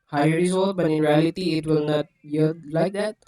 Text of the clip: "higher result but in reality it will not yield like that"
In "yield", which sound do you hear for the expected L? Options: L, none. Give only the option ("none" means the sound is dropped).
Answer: none